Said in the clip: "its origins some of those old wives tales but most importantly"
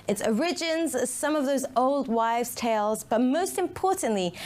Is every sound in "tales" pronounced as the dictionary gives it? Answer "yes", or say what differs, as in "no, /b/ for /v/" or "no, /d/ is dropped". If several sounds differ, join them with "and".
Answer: yes